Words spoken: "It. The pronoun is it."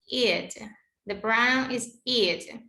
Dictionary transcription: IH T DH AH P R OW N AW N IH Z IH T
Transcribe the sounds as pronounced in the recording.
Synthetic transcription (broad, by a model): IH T DH AH B R AW N IH Z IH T